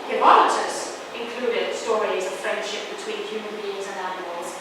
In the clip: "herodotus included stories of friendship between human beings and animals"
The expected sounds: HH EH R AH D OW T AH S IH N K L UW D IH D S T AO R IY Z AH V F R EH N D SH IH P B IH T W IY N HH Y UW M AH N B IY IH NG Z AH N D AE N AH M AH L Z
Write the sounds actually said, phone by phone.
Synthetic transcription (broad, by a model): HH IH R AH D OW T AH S IH N K L UW D IH D S T AO R IY Z AH V F R EH N D SH IH P B IH T W IY N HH Y UW M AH N B IY IH NG Z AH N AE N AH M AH L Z